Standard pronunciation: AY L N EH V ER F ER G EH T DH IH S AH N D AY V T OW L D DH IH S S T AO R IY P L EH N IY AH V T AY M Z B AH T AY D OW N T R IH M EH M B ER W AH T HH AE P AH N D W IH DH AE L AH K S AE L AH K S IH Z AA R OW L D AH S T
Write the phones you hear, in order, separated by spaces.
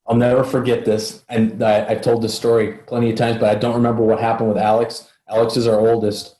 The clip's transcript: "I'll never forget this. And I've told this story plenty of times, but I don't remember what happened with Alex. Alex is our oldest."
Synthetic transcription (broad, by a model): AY L N EH V ER F ER G EH T DH IH S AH N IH AY V T OW L D DH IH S S T AO R IY P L EH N IY AH V T AY M Z B AH T AY D OW N T R IH M EH M B ER W AH T HH AE P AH N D W IH DH AE L AH K S AE L AH K S IH Z AA R OW L D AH S T